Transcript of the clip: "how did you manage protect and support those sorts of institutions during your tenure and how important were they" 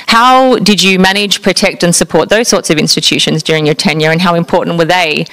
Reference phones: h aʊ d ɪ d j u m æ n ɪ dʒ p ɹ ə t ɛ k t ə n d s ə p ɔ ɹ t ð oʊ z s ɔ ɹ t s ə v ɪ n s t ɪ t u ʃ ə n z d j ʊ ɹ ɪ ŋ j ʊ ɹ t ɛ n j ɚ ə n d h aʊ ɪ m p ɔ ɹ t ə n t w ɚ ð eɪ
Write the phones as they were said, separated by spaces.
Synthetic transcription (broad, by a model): h aʊ d ɪ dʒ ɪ m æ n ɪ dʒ p ɹ ə t ɛ k t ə n s ə p ɔ ɹ t ð oʊ z s ɔ ɹ t s ə v ɪ n s t ɪ t u ʃ ə n z d j ʊ ɹ ɪ ŋ j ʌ ɹ t ɛ n j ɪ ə n h aʊ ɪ m p ɔ ɹ t n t w ɚ ð eɪ